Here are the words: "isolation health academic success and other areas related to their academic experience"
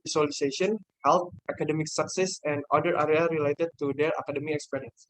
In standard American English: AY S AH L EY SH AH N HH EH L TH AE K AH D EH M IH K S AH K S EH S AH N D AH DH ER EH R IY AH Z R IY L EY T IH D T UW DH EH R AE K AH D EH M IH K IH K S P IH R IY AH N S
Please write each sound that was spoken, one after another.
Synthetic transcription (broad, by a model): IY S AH L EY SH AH N HH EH L T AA K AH D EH M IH K S AH K S EH S AH N D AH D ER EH R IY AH R IY L EY T IH D T UW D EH R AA K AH D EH M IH IH K S P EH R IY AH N S